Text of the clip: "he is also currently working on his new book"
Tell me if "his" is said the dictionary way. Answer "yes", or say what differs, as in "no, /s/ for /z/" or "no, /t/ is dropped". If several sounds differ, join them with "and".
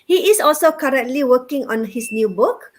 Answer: no, /s/ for /z/